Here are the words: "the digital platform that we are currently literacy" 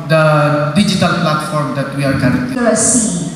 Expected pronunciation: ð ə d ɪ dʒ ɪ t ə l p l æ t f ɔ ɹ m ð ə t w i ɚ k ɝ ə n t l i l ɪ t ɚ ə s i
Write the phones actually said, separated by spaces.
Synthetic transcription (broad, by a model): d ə d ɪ dʒ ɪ t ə l p l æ t f ɔ ɹ m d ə t w i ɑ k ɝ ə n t i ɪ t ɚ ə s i